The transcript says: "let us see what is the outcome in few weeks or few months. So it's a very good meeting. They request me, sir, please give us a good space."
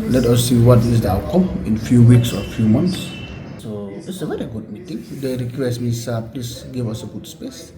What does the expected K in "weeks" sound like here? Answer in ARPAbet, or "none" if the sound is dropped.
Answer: K